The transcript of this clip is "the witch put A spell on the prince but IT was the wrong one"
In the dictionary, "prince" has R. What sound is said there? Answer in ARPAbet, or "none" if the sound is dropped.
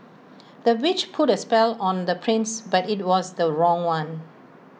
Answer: R